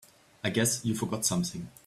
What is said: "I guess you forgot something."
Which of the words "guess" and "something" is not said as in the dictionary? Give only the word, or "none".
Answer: none